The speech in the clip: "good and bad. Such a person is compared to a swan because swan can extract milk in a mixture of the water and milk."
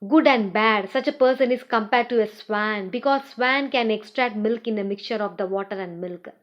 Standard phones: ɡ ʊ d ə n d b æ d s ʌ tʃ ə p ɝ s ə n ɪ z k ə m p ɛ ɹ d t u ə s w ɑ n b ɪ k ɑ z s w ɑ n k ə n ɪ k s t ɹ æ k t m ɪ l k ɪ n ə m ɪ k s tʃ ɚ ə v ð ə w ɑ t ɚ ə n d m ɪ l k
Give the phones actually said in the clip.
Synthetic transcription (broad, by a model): ɡ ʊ d ə n d b æ d s ʌ tʃ ə p ɝ s ə n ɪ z k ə m p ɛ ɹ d t u ə s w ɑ n b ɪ k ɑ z s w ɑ n k ə n ɪ k s t ɹ æ k t m ɪ l k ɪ n ə m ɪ k tʃ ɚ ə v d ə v ɑ t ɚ ə n d m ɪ l k